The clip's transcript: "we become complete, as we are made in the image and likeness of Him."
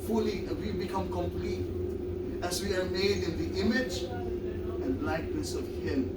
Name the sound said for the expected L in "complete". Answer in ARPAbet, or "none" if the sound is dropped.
L